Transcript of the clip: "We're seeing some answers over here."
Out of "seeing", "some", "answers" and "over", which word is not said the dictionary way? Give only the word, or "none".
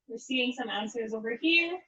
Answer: none